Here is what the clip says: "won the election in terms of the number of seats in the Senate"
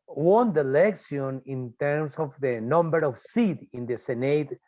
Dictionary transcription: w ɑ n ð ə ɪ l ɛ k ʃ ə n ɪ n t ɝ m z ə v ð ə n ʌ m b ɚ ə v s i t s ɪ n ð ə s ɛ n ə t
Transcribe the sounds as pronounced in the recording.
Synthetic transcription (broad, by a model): w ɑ n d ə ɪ l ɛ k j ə n ɪ n t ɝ m s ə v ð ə n ʌ m b ɚ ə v s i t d ɪ n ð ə s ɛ n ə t